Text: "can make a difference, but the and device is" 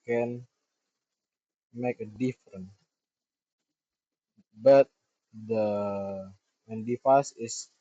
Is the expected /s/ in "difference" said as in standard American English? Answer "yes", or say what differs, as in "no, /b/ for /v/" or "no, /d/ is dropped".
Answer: no, /s/ is dropped